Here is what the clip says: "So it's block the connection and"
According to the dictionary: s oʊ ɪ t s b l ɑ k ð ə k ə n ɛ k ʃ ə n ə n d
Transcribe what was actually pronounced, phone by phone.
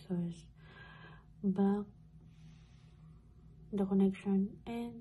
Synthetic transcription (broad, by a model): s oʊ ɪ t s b ɑ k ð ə k ə n ɛ k ʃ ə n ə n